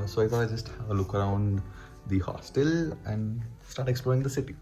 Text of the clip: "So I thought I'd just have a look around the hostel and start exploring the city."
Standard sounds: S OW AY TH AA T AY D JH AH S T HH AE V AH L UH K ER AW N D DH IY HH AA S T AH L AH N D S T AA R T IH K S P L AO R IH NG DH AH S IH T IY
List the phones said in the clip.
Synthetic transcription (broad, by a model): S OW AY F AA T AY JH AH S T HH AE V AH L UH K ER AW N D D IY HH AA S T AH L AH N D S T AA R T IH K S P L AO R IH NG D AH S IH T IY